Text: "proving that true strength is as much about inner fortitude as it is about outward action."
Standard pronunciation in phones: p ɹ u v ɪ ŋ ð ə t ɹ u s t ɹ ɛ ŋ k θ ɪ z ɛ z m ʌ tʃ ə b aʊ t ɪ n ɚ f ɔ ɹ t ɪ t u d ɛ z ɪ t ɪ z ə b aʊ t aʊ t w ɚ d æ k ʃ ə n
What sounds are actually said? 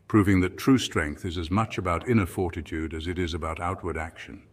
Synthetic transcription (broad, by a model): p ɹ u v ɪ ŋ ð ə t ɹ u s t ɹ ɛ ŋ k θ ɪ z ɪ z m ʌ tʃ ə b aʊ t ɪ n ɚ f ɔ ɹ t ɪ t u d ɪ z ɪ t ɪ z ə b aʊ t aʊ t w ɚ d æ k ʃ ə n